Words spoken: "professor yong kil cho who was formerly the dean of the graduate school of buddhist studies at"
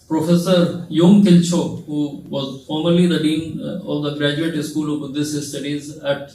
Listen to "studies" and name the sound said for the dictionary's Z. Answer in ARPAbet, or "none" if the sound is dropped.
Z